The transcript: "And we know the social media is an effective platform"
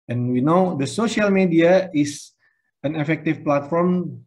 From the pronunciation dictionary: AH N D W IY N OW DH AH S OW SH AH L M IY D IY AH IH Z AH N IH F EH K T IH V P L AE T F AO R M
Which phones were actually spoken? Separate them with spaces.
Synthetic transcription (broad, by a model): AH N W IY N OW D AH S OW SH AH L M IY D IY AH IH S AH N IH F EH K T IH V P L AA T F AO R M